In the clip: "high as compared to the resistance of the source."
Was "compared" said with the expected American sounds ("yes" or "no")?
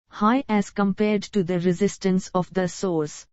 yes